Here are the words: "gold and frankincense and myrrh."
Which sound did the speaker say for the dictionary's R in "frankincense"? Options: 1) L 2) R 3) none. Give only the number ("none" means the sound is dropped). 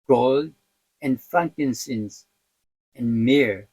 3